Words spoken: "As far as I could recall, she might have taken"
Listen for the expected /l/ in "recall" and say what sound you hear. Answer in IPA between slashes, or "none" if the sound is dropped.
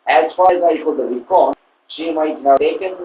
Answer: /n/